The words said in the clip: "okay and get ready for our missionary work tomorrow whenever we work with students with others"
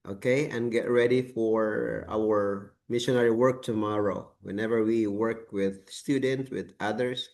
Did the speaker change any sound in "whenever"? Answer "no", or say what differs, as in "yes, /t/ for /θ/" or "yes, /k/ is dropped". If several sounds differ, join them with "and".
no